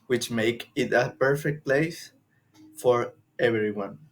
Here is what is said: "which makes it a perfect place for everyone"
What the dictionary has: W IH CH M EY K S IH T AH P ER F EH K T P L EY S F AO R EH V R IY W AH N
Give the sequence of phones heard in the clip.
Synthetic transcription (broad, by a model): W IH CH M EY K IH T AH P ER F EH K T P L EY S F AO R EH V R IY W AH N